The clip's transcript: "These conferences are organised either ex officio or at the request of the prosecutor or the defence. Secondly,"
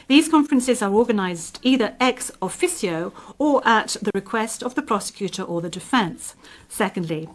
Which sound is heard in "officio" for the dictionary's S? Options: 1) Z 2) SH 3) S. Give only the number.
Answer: 3